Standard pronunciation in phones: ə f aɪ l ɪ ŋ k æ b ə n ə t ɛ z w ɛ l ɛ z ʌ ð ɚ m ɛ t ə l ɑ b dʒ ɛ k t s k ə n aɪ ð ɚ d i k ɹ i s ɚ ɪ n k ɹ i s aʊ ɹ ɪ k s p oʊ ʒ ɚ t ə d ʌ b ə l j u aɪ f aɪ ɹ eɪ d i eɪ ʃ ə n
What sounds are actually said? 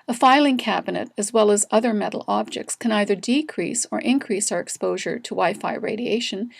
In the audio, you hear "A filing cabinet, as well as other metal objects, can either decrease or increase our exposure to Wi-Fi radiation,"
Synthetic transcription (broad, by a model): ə f aɪ l ɪ ŋ k æ b ə n ə t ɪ z w ɛ l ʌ z ʌ ð ɚ m ɛ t l ɑ b dʒ ɛ k t s k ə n aɪ ð ɚ d i k ɹ i s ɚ ɪ n k ɹ i s aʊ ɹ ɪ k s p oʊ ʒ ɚ t ə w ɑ ə f aɪ ɹ eɪ d i eɪ ʃ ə n